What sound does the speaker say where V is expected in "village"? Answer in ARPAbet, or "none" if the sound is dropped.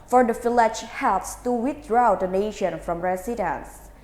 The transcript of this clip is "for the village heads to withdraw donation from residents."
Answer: F